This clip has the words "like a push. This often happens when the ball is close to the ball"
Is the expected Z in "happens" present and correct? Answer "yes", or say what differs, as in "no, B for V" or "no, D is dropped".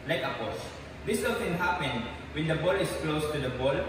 no, Z is dropped